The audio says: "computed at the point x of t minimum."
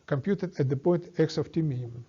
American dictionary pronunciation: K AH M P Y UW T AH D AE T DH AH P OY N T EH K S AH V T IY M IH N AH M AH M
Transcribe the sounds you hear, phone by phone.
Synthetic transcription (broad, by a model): K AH M P Y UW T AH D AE T DH AH P OY N T EH K S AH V T IY M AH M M